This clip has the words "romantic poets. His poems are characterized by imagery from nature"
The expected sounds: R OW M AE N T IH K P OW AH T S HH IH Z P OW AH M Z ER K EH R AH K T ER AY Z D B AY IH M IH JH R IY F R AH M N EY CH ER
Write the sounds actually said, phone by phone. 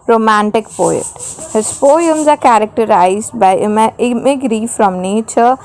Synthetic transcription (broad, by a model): R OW M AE N T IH K P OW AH T HH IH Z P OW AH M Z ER K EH R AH K T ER AY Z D B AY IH M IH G R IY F R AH M N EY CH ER